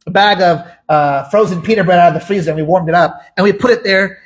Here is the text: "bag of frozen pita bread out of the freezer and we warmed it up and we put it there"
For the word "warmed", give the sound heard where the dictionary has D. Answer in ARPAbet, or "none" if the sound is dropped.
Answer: D